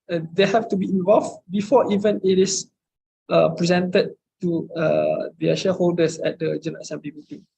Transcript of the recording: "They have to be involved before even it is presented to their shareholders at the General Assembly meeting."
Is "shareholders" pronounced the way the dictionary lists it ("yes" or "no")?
no